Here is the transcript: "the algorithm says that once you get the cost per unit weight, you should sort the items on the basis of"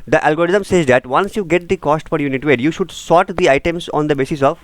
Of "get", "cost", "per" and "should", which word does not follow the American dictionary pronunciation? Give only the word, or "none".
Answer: per